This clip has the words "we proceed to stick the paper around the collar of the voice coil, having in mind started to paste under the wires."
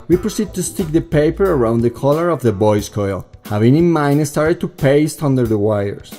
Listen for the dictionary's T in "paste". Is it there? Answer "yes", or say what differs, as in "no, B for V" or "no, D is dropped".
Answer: yes